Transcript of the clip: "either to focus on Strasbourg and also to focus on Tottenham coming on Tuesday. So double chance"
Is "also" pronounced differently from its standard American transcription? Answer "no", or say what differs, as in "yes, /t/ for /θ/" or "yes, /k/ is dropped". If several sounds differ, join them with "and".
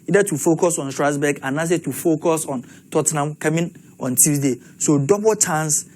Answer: yes, /l/ is dropped